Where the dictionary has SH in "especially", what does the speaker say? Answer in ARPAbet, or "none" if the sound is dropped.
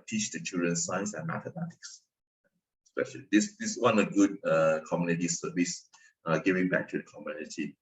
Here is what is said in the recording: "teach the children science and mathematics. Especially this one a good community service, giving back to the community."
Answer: SH